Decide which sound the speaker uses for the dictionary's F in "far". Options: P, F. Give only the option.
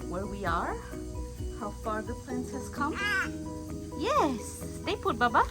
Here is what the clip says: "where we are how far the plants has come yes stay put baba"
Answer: F